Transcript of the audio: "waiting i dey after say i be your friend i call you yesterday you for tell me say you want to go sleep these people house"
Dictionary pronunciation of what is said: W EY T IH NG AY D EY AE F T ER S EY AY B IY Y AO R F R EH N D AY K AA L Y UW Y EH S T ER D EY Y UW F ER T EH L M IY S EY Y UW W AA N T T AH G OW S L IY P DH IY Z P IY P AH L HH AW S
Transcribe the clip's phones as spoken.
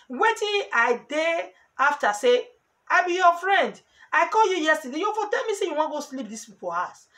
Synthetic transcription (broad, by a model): W EY T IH AY D EY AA F T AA S EY AY B IY Y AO F R EH N D AY K AA L Y UW Y EH S T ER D EY Y UW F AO T EH L M IY S EY Y UW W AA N G OW S L IY P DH IY S P IY P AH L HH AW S